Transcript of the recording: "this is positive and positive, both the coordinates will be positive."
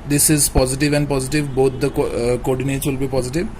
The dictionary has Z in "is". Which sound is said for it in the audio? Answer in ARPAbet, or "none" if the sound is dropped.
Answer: Z